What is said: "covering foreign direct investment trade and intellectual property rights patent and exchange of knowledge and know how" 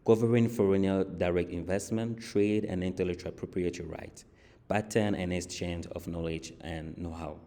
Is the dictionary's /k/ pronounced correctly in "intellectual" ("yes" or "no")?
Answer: no